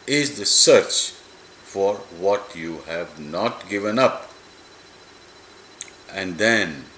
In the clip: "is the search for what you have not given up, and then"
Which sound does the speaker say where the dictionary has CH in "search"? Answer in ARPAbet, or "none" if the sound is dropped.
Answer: CH